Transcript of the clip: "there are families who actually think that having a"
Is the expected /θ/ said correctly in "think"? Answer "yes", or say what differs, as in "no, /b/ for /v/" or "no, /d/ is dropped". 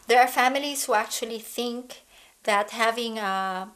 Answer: yes